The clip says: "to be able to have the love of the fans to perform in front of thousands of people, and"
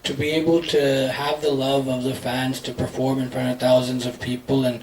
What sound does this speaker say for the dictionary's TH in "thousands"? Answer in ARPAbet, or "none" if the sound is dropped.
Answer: TH